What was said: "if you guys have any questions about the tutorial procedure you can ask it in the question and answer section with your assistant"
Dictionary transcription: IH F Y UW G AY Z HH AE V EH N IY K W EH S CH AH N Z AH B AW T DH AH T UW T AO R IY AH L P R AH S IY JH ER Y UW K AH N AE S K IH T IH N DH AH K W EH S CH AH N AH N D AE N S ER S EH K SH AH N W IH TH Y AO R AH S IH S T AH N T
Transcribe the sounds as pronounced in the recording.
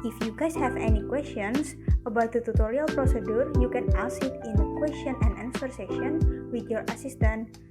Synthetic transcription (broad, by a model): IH F Y UW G AY S HH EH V EH N IY K W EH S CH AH N S AH B AW T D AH T UW T AO R IY AH L P R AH S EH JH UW Y UW K AH N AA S IH T IH N K W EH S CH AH N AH N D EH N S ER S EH SH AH N W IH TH Y AO R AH S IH S T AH N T